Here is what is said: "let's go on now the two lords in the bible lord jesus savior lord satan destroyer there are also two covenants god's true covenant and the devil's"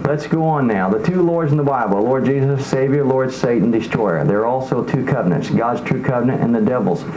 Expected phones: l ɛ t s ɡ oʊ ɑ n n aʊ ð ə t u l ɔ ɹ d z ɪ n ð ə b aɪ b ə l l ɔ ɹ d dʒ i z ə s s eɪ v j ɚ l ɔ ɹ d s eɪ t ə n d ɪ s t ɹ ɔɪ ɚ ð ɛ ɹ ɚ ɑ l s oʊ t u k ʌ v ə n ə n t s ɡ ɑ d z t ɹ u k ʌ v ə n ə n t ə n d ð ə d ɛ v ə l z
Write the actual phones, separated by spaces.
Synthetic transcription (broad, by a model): l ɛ t s ɡ oʊ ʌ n n aʊ ð ə t u l ɔ ɹ d z n ð ə b aɪ b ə l l ɔ ɹ d dʒ i z ə s s eɪ v j ɚ l ɔ ɹ d s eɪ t n d ɪ s t ɹ ɔɪ ɚ ð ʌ ɹ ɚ ɑ l s oʊ t u k ʌ v ə n ə n t s ɡ ɑ d z t ɹ u k ʌ v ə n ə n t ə n ð ə d ɛ v l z